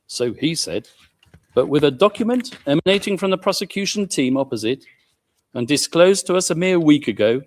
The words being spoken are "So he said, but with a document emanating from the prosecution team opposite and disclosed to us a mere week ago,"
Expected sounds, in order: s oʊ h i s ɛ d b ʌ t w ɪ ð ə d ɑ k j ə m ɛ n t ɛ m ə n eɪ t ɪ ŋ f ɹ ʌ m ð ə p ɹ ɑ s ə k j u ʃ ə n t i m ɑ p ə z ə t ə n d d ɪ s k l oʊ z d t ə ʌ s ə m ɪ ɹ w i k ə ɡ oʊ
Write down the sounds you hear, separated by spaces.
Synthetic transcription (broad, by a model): s oʊ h i s ɛ d b ʌ t w ɪ ð ə d ɑ k j ə m ɛ n t ɛ m ə n eɪ t ɪ ŋ f ɹ ʌ m ð ə p ɹ ɑ s ə k j u ʃ ə n t i m ɑ p ə z ə t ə n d d ɪ s k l oʊ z t ə ʌ s ə m ɪ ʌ w i k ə ɡ oʊ